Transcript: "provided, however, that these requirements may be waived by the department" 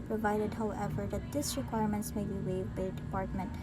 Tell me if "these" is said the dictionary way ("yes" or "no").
no